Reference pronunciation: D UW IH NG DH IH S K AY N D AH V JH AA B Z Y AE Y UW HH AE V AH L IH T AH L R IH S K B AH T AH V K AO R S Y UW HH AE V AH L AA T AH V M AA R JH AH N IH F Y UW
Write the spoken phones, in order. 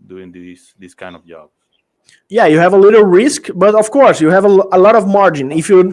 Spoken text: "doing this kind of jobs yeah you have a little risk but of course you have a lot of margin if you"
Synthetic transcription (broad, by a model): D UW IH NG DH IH S K AY N D AH V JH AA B Y AE Y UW HH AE V AH L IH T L R IH S K B AH T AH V K AO R S Y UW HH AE V AH L AA T AH V M AA R JH AH N IH F Y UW